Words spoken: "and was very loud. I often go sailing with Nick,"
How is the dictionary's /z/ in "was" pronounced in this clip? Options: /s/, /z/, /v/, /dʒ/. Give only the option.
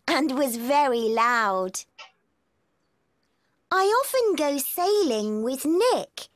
/z/